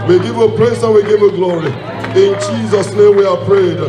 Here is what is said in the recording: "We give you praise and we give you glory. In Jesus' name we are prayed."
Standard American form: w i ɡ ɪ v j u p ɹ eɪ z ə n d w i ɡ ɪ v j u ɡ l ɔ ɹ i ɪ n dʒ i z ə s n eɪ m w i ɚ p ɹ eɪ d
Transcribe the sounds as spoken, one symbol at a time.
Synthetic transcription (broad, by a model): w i ɡ ɪ v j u p l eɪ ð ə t w i ɡ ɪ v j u ɡ l ɔ ɹ i ɪ n dʒ i z ə s n eɪ m w i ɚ p ɹ eɪ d